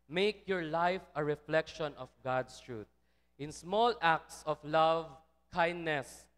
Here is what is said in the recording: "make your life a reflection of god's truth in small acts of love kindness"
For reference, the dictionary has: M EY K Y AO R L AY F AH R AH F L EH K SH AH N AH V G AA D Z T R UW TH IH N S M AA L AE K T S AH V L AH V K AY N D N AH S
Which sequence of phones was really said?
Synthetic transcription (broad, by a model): M EY K Y AO R L AY F AH R AH F L EH K SH AH N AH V G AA D S T R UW T IH N S M AA L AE K T S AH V L AH V K AY N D N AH S